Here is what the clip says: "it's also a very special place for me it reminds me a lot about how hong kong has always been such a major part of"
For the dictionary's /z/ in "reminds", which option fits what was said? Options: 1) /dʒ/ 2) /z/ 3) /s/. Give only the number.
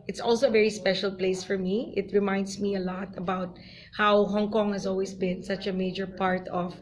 3